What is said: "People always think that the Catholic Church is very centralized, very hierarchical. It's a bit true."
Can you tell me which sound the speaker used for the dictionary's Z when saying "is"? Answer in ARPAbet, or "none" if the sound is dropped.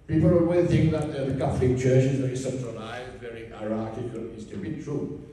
Z